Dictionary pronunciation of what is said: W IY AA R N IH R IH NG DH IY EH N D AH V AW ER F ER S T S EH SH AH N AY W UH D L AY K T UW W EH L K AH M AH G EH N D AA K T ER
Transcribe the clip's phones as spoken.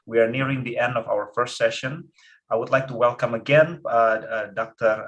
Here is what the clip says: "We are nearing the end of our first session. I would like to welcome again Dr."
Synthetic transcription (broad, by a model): W IY AA R N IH R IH NG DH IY EH N D AH V AW ER F ER S T S EH SH AH N AY W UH D L AY K T UW W EH L K AH M AH G EH N D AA K T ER